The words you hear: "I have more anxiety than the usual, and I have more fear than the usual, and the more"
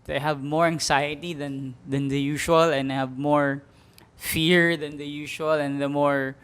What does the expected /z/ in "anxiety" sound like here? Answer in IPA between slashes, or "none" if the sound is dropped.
/s/